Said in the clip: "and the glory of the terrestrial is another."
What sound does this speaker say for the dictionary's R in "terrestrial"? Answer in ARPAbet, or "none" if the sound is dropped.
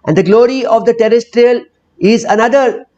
R